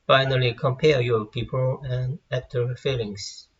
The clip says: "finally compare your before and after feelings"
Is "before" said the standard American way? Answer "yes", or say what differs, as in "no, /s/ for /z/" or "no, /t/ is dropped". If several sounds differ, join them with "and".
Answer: no, /p/ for /f/ and /l/ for /ɹ/